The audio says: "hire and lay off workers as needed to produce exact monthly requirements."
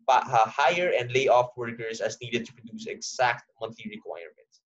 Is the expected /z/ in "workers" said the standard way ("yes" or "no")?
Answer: no